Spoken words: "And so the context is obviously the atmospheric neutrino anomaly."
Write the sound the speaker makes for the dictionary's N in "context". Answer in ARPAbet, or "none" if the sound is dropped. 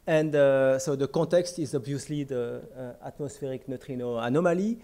none